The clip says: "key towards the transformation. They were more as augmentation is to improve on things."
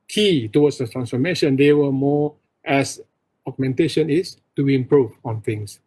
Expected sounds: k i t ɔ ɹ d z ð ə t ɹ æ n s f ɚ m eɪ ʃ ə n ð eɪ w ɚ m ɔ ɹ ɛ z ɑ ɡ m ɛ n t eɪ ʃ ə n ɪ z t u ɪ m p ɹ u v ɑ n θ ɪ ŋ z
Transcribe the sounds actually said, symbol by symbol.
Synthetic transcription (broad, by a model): k i t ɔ w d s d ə t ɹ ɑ n s f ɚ m eɪ ʃ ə n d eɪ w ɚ m ɔ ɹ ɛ s ɑ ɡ m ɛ n t eɪ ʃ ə n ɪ s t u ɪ m p ɹ u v ɑ n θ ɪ ŋ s